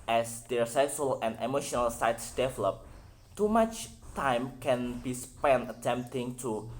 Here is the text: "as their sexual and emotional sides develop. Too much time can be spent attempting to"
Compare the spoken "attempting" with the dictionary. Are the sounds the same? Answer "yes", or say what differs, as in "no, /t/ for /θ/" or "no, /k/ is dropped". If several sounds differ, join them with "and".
yes